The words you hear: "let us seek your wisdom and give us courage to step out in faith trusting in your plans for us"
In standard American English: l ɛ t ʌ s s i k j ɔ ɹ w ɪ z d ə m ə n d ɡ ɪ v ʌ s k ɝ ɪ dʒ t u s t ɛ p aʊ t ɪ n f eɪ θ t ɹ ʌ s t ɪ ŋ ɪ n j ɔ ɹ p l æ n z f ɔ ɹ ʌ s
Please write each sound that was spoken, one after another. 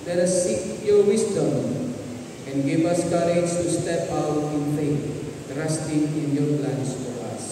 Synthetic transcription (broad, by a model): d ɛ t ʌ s s i k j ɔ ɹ w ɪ s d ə m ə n ɡ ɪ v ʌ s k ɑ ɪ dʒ t u s t ɛ p aʊ t ɪ n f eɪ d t ɹ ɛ s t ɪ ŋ ɪ n j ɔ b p l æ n s f ɔ ɹ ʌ s